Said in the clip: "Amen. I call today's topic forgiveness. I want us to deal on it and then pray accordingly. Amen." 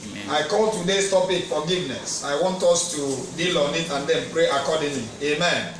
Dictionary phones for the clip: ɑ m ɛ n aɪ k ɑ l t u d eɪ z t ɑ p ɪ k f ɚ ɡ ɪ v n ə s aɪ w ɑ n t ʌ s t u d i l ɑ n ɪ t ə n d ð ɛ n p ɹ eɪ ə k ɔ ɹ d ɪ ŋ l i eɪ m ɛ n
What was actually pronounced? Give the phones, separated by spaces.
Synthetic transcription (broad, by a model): ɑ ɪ k ɑ l t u d eɪ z t ɑ p ɪ k f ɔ ɡ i v n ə s aɪ w ɑ n t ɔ s t u d i l ɑ n ɪ t ə n d ɛ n p ɹ eɪ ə k ɔ d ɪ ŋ l i eɪ m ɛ n